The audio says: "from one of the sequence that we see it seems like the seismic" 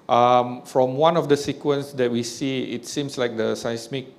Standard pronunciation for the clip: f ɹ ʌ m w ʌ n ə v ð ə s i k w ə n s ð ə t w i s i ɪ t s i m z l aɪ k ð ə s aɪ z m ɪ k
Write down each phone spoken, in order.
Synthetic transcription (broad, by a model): f ɹ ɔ m w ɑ n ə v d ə s i k w ə n s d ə t w i s i ɪ t s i m s l aɪ k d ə s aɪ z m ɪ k